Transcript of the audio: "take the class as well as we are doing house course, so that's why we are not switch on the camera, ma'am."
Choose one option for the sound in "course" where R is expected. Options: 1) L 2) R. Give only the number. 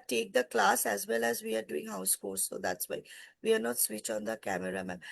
1